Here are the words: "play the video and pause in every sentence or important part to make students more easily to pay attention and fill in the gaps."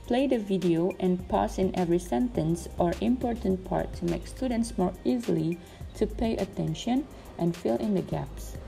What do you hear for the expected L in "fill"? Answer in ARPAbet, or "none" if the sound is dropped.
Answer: L